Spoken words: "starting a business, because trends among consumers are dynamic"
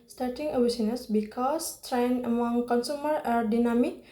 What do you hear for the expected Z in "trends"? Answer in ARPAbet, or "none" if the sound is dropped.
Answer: none